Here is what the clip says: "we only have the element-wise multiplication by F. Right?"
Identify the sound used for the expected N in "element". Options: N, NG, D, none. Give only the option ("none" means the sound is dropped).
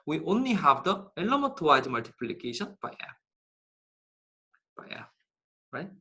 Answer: none